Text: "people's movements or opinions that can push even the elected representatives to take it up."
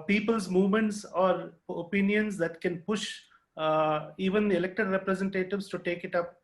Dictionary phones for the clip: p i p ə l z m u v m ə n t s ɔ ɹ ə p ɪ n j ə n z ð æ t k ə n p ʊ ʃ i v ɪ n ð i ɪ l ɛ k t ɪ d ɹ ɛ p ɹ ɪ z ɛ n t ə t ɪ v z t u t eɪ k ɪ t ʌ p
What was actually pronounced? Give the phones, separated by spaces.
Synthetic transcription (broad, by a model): p i p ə l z m u v m ə n t s ɔ ɹ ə p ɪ n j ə n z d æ t k ə n p ʊ ʃ i v ɪ n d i ɪ l ɛ k t ɪ d ɹ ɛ p ɹ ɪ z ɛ n t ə t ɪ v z t u t eɪ k ɪ t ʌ p